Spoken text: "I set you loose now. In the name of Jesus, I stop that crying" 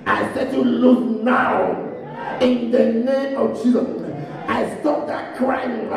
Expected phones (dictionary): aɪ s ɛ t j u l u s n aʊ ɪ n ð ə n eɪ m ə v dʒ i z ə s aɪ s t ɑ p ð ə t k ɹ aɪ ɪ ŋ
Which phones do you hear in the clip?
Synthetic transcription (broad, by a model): aɪ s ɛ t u l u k n aʊ ɪ n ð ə n eɪ m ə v tʃ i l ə ɪ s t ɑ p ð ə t k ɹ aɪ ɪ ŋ